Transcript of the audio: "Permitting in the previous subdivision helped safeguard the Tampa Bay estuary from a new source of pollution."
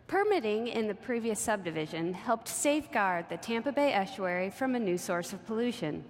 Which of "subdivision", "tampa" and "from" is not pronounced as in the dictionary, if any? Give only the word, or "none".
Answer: none